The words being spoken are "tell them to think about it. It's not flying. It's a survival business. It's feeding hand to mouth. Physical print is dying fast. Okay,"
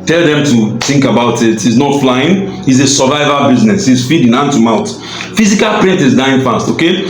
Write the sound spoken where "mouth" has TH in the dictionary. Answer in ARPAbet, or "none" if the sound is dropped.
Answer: T